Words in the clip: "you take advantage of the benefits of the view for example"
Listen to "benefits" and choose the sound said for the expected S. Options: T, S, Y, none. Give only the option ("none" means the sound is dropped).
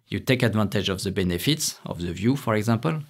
S